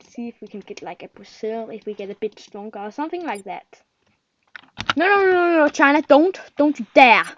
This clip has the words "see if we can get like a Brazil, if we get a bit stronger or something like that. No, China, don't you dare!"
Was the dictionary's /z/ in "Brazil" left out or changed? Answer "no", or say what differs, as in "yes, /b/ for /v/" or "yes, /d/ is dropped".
yes, /s/ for /z/